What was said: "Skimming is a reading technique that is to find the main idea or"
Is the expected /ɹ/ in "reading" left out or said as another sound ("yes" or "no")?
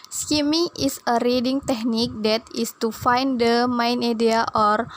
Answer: no